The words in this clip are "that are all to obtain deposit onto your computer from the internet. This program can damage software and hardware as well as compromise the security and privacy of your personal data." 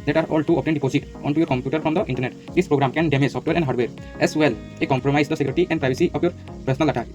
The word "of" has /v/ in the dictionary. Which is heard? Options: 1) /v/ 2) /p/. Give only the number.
2